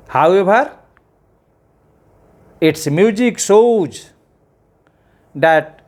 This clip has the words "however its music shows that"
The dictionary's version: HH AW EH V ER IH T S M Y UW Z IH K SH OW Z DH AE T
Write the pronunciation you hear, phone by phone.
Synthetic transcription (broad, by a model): HH AW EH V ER IH T S M Y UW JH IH K S OW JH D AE T